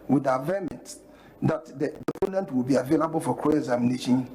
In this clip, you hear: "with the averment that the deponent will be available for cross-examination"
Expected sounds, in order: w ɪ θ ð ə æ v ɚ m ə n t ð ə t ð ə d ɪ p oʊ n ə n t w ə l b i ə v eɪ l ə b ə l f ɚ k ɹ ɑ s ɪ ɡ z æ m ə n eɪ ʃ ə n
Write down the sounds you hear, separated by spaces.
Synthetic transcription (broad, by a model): w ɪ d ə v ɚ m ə n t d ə t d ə d ɪ p oʊ n ə n t w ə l b i ə v eɪ l ə b ə l f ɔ k ɑ ɪ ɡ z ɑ m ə n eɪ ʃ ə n